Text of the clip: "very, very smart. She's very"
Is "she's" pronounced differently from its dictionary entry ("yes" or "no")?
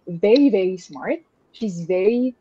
no